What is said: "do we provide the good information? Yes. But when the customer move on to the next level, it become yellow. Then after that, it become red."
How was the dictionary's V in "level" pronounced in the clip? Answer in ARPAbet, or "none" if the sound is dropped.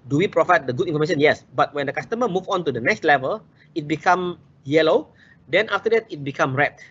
V